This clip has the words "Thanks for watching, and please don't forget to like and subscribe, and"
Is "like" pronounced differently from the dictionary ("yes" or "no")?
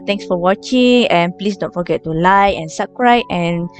yes